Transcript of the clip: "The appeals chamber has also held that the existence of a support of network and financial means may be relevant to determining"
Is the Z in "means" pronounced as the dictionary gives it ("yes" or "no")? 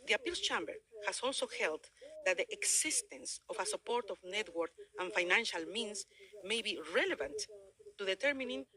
no